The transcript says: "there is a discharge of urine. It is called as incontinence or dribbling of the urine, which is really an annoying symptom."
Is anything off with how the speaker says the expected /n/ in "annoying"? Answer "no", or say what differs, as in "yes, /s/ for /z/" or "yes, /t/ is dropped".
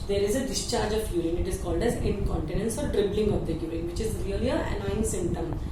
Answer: yes, /n/ is dropped